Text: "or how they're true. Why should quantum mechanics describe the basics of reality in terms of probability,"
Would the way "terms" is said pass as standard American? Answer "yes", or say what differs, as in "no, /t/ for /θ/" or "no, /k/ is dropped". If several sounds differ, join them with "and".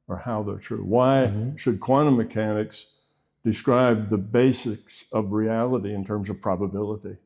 yes